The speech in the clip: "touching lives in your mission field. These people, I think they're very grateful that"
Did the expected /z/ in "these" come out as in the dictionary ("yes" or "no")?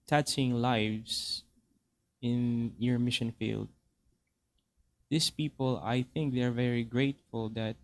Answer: no